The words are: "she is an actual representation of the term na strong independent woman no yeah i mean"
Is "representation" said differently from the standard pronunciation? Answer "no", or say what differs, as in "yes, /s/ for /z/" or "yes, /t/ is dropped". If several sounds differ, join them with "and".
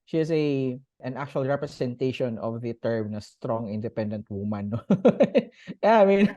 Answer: yes, /s/ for /z/